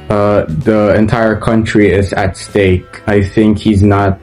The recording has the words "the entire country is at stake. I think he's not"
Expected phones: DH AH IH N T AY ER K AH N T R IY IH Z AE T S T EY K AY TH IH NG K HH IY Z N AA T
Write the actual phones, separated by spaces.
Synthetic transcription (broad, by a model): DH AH IH N T AY ER K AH N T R IY IH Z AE T S T EY K AY TH IH NG K HH IY Z N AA T